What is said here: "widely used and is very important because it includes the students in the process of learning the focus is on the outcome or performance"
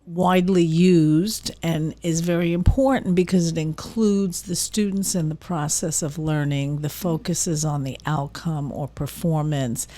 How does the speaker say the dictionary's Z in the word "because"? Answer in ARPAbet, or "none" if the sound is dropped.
Z